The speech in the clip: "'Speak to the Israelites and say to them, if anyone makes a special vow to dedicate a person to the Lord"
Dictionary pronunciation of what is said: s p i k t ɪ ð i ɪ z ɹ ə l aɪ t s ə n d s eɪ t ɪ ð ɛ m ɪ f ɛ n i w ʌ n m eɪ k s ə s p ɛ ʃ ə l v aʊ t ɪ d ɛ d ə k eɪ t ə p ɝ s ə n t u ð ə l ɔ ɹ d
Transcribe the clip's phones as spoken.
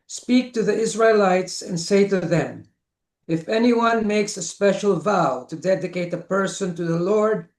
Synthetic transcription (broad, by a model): s p i k t ɪ ð i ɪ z ɹ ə l aɪ t s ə n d s eɪ t ɪ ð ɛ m ɪ f ɛ n i w ʌ n m eɪ k s ə s p ɛ ʃ ə l v aʊ t ɪ d ɛ d ə k eɪ t ə p ɝ s ə n t u ð ə l ɔ ɹ d